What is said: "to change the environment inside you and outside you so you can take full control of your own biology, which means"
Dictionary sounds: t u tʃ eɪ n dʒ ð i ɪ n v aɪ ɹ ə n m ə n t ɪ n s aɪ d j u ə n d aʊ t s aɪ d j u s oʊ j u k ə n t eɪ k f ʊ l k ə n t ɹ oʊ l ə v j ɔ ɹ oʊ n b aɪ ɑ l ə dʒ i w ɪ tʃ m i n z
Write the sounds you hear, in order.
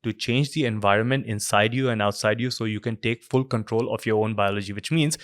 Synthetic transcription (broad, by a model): t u tʃ eɪ n dʒ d i ɪ n v aɪ ɹ ə n m ə n t ɪ n s aɪ d j u ə n d aʊ t s aɪ d j u s oʊ j u k ə n t eɪ k f ʊ l k ə n t ɹ oʊ l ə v j ɔ ɹ oʊ n b aɪ ɑ l ə dʒ i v ɪ tʃ m i n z